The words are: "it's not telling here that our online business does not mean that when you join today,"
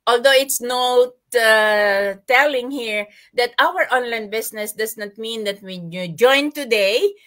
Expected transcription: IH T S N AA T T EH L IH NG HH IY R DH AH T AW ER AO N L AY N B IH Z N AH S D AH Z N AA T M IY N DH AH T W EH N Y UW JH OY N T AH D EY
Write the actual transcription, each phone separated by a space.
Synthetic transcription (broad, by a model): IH T S N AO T T EH L IH NG HH IY R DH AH T AW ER AO N L AY N B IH S N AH S D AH S N AA T M IY N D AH T W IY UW JH OY N T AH D EY